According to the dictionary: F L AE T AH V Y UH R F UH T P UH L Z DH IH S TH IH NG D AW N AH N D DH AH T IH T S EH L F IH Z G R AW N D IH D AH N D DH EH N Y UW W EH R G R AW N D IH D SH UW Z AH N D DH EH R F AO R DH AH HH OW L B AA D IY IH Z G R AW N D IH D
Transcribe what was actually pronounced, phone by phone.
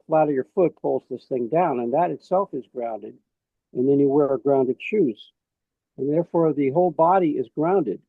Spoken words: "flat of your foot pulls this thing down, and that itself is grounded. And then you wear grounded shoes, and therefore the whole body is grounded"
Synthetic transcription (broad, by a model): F L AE T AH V Y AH R F UH T P UH L Z DH IH S TH IH NG D AW N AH N DH AH T IH T S EH L F IH Z G R AW N D IH D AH N DH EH N Y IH W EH R G R AW N D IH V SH UW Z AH N DH EH R F AO R DH AH HH OW L B AA D IY IH Z G R AW N D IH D